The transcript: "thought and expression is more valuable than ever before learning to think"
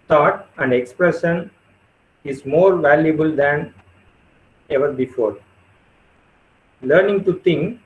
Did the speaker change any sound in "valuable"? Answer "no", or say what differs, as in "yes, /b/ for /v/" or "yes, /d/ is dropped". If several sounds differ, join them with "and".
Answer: no